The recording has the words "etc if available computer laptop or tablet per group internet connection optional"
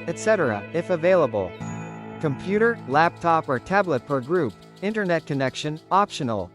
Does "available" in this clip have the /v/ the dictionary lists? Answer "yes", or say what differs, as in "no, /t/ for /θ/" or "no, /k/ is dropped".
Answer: yes